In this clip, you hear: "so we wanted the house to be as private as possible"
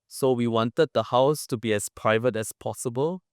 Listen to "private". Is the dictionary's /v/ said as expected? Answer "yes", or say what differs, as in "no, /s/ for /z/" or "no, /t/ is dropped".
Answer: yes